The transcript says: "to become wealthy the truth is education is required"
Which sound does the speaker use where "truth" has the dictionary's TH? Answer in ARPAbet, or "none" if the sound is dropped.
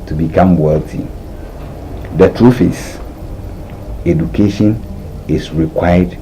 F